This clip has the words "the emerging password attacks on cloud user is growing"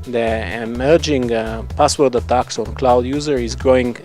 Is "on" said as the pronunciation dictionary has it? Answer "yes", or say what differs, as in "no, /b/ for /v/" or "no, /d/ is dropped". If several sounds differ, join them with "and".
yes